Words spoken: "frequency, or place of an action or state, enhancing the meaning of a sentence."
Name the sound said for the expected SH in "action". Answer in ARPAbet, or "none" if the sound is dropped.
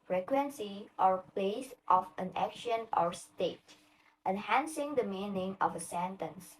SH